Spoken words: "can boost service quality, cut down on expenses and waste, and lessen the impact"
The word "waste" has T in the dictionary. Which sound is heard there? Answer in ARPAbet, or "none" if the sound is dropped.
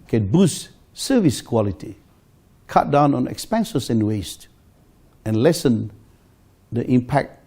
T